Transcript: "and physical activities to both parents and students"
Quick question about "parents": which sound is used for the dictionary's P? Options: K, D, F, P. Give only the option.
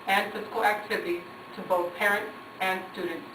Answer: P